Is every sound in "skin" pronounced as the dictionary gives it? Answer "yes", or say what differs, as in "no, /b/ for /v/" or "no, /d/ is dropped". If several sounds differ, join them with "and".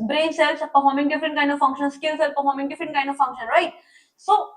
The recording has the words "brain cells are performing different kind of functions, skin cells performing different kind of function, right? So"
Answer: no, /l/ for /n/